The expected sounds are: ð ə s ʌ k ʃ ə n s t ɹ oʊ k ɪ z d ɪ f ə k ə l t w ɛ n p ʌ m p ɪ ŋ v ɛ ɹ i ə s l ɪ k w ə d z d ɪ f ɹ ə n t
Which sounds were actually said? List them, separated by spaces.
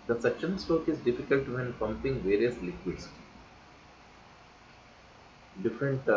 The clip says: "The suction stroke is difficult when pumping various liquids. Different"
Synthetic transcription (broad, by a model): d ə s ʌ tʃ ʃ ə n s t oʊ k ɪ z d ɪ f ə k ə l t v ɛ n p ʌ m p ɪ ŋ v ɛ ɹ i ə s l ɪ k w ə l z d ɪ f ɹ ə n t